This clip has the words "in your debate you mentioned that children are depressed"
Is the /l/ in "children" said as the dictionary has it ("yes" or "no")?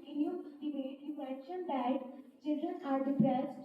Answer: yes